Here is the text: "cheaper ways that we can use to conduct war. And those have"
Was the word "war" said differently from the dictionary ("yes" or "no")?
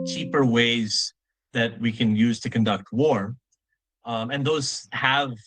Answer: no